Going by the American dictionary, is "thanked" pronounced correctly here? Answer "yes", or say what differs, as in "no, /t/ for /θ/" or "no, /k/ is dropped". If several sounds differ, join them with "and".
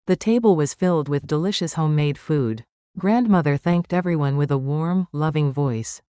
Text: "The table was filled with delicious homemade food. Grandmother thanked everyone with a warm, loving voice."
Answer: yes